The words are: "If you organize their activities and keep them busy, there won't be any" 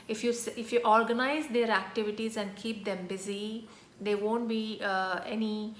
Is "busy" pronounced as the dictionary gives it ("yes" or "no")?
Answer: yes